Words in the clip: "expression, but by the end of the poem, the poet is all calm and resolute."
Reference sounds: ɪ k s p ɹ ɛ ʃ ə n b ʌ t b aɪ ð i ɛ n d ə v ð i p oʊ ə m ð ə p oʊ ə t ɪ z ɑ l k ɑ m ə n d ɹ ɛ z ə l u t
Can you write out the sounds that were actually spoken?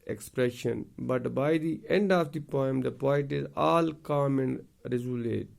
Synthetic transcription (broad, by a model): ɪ k s p ɹ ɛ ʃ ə n b ʌ t b aɪ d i ɛ n d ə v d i p oʊ ə m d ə p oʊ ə t ɪ z ɑ l k ɑ m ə n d ɹ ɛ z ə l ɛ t